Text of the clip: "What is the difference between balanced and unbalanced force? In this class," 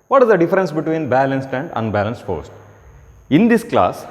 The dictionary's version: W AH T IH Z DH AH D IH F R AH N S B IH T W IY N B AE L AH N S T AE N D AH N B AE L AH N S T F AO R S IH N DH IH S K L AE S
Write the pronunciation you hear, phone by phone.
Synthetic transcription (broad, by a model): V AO T IH Z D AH D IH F R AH N S B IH T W IY N B AE L AH N S T AE N D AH N B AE L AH N S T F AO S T IH N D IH S K L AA S